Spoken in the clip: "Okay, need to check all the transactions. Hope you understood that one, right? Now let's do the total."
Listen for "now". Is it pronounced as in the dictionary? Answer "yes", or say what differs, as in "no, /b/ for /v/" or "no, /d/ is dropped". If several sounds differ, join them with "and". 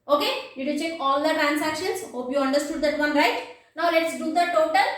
yes